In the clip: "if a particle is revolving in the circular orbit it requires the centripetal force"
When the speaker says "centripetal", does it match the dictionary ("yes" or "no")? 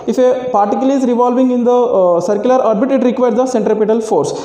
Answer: yes